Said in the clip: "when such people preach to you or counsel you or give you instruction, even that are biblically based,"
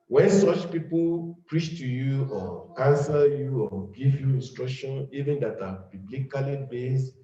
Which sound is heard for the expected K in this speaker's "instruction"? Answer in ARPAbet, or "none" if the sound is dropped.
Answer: K